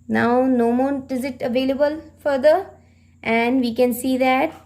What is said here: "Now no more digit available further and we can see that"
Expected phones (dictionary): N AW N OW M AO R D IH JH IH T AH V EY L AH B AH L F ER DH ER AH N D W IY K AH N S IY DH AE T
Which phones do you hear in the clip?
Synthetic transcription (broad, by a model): N AW N OW M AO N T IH Z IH T AH V EY L AH B AH L F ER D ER AH N D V IY K AH N S IY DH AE T